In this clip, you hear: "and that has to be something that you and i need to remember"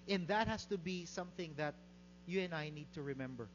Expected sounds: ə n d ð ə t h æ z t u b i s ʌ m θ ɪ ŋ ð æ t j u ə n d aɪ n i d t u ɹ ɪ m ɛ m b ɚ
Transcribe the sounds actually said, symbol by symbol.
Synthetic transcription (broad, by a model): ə n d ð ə t h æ s t u b i s ʌ m θ ɪ ŋ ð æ t j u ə n aɪ n i d t u ɹ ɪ m ɛ m b ɚ